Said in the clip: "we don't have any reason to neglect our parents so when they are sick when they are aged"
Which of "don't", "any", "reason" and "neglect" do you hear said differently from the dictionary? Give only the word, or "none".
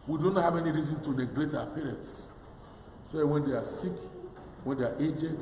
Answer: neglect